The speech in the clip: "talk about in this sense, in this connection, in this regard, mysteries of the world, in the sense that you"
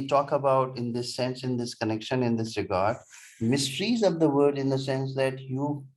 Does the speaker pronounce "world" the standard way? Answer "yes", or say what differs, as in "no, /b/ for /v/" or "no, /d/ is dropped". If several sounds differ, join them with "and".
no, /l/ is dropped